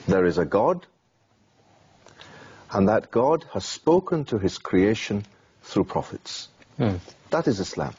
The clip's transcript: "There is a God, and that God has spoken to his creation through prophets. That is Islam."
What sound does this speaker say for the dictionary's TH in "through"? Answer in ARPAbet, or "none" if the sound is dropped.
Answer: TH